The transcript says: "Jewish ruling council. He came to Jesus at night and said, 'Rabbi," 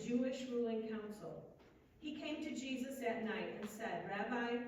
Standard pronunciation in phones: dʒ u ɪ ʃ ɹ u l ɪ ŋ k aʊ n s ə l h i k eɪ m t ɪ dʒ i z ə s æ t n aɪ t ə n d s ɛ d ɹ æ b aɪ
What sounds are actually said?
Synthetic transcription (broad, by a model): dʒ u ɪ ʃ ɹ u l ɪ ŋ k aʊ n s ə l h i k eɪ m t ɪ dʒ i z ə s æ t n aɪ t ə n s ɛ d ɹ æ b aɪ